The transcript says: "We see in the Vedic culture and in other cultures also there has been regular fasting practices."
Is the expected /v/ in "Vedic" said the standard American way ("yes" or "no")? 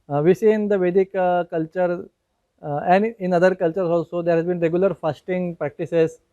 yes